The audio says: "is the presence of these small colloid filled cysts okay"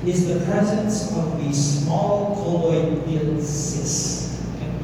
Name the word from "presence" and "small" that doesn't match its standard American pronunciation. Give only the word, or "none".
none